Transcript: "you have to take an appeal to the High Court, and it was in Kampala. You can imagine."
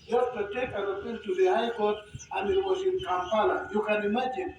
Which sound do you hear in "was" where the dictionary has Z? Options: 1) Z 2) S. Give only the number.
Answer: 2